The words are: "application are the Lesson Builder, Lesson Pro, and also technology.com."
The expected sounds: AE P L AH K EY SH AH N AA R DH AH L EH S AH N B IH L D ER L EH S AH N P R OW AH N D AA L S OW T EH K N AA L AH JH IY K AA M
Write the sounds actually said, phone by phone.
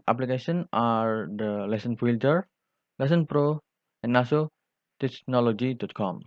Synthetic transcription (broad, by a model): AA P L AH K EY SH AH N AA R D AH L EH S AH N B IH L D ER L EH S AH N P R OW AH N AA S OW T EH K N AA L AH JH IY K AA M